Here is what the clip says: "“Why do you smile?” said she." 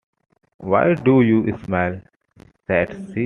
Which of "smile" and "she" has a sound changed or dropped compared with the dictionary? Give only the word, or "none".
she